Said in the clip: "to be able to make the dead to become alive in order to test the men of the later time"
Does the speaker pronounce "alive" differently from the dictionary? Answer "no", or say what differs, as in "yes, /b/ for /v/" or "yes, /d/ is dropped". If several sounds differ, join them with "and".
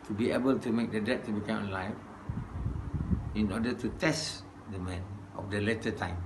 yes, /f/ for /v/